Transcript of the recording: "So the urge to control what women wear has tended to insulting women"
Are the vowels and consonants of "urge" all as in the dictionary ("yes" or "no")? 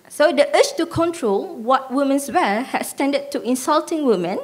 no